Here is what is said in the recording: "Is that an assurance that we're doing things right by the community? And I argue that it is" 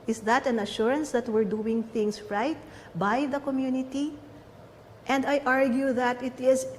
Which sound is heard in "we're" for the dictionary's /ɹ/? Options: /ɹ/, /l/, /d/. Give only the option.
/ɹ/